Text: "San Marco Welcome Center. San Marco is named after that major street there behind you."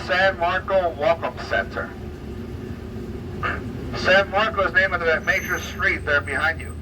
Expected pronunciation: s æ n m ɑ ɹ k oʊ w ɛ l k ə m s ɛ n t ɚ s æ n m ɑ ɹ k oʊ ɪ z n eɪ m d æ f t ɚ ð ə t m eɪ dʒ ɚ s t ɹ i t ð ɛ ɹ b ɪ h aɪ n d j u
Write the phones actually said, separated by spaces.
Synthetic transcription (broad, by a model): s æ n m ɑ ɹ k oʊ w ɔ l k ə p s ɛ n t ɚ s æ n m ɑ ɹ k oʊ ɪ z n eɪ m ʌ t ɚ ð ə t m eɪ dʒ ɚ s t ɹ i t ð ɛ ɹ b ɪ h aɪ n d j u